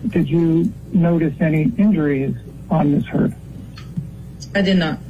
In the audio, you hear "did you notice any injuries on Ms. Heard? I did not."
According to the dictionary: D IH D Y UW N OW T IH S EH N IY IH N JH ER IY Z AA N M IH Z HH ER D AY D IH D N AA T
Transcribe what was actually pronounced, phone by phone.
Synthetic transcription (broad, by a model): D IH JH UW N OW T IH S EH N IY IH N JH ER IY Z N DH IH S HH ER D AY D IH D N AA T